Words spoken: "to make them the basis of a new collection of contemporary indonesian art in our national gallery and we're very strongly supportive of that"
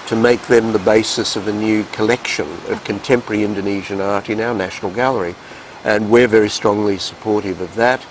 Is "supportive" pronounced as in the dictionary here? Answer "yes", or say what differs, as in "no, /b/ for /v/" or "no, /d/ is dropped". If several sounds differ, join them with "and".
yes